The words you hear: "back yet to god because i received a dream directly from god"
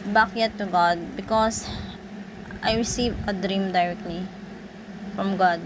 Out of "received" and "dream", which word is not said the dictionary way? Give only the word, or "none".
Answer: received